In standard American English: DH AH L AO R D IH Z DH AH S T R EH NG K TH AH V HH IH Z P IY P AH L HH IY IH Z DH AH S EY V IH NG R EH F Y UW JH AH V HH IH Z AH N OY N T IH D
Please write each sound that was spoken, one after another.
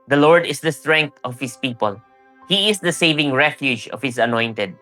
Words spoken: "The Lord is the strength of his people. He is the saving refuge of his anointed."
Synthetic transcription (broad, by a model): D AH L AO R D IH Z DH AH S T R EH NG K T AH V HH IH S P IY P AH L HH IY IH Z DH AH S EY V IH NG R EH F Y UW JH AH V HH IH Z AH N OY N T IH D